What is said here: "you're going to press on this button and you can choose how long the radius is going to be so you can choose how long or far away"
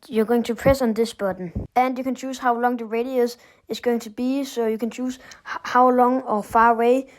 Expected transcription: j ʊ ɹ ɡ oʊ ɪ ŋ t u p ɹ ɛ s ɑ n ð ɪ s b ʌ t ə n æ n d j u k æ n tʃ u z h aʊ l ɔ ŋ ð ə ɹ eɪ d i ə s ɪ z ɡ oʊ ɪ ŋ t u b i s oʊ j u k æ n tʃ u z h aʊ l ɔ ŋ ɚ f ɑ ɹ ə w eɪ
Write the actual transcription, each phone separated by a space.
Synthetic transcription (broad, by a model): j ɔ ɡ oʊ ɪ ŋ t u p ɹ ɛ s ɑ n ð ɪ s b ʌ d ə n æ n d j u k æ n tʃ u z h aʊ l ɔ ŋ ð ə ɹ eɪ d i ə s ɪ s ɡ oʊ ɪ ŋ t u b i s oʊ j u k æ n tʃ u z h aʊ l ɔ ŋ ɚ f ɑ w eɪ